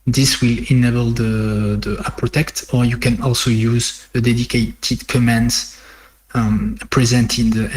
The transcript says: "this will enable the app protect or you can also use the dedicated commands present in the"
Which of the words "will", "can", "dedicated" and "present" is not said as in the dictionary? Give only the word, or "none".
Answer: none